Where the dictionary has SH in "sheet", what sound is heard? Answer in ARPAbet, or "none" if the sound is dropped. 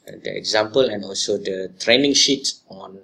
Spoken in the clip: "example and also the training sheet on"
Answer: SH